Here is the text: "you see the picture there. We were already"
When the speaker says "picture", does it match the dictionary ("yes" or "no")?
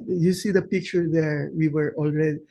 yes